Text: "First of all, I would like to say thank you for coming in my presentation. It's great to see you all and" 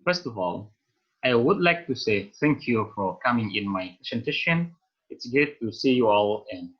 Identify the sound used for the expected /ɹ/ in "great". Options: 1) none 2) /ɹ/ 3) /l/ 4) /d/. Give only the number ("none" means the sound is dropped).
1